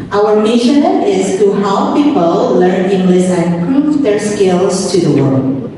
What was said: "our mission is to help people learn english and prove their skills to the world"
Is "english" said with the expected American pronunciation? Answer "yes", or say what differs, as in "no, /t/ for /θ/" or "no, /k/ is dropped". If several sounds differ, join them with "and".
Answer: no, /s/ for /ʃ/